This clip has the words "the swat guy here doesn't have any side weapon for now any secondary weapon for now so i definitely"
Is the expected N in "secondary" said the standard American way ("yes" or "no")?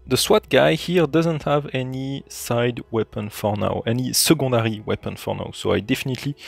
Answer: no